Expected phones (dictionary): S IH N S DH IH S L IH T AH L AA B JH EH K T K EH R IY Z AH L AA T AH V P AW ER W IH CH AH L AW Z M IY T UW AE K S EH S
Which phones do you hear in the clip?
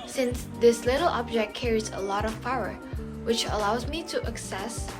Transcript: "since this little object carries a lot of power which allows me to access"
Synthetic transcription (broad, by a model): S IH N S DH IH S L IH T L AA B JH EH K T K EH R IY Z AH L AA T AH V F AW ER W IH CH AH L AW Z M IY T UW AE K S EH S